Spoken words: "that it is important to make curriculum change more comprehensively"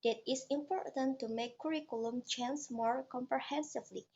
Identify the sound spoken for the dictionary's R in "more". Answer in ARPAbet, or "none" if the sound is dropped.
R